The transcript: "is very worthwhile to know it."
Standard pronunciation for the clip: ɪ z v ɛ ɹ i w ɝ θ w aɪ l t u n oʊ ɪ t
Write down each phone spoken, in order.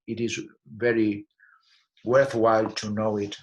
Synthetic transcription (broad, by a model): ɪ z v ɛ ɹ i w ɝ θ w aɪ l t u n oʊ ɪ t